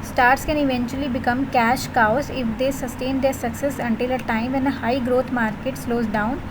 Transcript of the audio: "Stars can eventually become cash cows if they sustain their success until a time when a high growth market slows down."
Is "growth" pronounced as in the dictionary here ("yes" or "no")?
no